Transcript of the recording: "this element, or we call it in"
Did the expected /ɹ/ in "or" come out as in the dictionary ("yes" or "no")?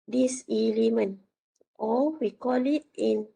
no